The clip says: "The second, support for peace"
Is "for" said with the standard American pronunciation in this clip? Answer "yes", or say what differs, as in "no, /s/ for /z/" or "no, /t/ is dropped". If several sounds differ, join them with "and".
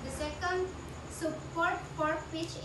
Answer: no, /p/ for /f/